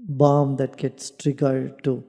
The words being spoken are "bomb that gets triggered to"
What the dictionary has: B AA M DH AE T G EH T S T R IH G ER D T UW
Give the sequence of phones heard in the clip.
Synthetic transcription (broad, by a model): B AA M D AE T G EH T S T R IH G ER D T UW